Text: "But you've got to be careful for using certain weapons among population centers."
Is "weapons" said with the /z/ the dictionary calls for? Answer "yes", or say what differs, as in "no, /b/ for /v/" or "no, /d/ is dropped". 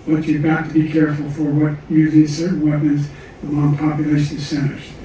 yes